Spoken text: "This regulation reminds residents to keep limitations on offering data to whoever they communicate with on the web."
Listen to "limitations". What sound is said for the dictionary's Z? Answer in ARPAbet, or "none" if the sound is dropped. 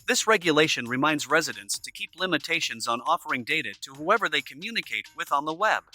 Z